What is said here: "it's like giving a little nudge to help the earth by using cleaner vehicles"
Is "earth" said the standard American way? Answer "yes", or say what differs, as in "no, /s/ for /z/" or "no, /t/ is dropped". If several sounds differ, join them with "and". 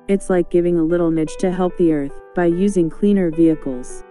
yes